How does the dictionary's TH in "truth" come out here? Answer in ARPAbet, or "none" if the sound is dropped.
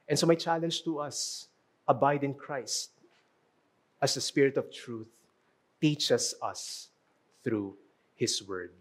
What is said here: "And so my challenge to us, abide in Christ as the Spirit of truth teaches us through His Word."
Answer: TH